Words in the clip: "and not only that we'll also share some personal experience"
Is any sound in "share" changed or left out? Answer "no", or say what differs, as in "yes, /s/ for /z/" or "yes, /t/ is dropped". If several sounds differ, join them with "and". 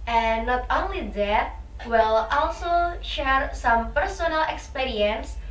no